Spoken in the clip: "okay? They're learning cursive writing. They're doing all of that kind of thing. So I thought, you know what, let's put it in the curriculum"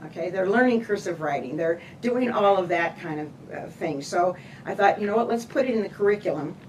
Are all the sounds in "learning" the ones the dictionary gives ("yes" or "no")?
yes